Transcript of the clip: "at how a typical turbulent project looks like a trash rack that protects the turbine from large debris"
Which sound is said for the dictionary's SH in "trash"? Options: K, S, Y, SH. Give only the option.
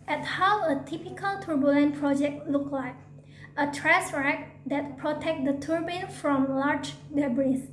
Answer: S